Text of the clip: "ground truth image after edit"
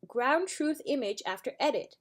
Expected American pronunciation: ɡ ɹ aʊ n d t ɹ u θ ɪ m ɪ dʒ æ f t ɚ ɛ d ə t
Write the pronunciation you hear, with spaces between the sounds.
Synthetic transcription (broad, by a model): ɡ ɹ aʊ n t ɹ u θ ɪ m ɪ dʒ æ f t ɚ ɛ d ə t